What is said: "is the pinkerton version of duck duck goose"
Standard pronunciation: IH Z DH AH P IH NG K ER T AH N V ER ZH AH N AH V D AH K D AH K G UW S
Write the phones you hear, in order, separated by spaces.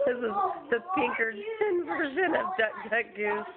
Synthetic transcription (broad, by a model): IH Z DH AH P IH NG K ER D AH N V ER ZH AH N AH V D AH K D AH K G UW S